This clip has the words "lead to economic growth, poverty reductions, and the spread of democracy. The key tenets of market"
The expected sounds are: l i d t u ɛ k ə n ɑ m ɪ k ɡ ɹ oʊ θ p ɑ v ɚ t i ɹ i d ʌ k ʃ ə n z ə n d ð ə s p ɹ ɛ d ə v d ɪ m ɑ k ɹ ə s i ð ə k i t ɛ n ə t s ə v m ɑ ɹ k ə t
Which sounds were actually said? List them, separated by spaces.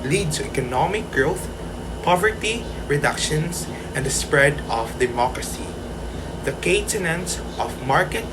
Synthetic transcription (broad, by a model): l i d t u ɛ k ə n ɑ m ɪ k ɡ ɹ oʊ θ p ɑ v ɚ t i ɹ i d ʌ k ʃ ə n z ə n d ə s p ɹ ɛ d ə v d ɪ m ɑ k ɹ ə s i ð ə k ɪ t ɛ n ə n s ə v m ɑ ɹ k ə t